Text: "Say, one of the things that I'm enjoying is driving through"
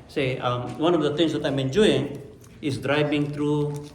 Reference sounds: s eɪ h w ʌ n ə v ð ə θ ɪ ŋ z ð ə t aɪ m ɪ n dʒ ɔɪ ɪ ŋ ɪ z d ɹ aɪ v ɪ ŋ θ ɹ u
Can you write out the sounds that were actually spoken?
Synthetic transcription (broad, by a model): s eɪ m w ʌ n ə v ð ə t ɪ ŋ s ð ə t aɪ m ɪ n dʒ ɔɪ ɪ ŋ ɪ s d ɹ aɪ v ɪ ŋ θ ɹ u